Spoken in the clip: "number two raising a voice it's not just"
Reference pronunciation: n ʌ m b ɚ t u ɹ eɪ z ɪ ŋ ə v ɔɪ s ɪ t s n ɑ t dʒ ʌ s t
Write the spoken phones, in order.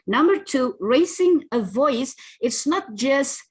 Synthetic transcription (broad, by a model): n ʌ m b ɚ t u ɹ eɪ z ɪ ŋ ə v ɔɪ s ɪ t s n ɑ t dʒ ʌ s t